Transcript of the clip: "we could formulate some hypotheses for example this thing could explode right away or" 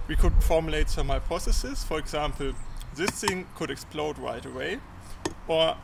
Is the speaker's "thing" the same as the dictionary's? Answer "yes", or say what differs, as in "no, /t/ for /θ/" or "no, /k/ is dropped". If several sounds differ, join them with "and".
no, /t/ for /θ/